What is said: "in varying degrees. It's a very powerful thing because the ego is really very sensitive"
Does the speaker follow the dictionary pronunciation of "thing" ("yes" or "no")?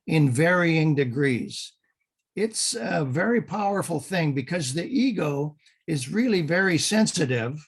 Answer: yes